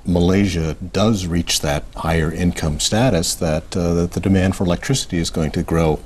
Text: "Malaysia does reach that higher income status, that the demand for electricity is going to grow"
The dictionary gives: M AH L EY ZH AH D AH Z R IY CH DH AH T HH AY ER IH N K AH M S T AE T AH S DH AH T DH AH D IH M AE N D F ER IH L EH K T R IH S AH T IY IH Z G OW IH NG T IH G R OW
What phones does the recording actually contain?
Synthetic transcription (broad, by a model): M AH L EY ZH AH D AH Z R IY CH DH AH T HH AY ER IH N K AH M S T AE T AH S DH AH T DH AH D IH M AE N D F ER IH L EH K T R IH S AH T IY IH Z G OW IH NG T IH G R OW